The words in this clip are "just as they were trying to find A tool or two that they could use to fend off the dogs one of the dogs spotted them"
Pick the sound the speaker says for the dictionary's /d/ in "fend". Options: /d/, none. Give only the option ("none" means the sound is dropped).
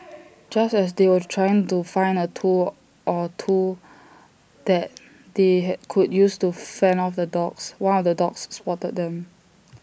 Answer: none